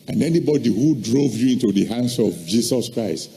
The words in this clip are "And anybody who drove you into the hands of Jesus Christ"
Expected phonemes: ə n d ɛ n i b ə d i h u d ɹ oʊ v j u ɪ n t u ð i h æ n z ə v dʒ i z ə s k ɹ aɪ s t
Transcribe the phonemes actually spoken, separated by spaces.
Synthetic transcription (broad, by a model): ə n ɛ n i b ə d i h u d ɹ oʊ v j u ɪ n t u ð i h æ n s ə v dʒ i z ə s k ɹ aɪ s t